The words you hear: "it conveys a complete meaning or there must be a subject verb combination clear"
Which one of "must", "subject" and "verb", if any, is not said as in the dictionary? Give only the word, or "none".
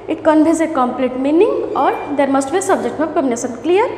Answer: verb